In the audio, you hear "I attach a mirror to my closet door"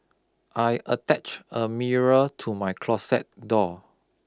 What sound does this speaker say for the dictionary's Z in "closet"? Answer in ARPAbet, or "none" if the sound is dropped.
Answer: S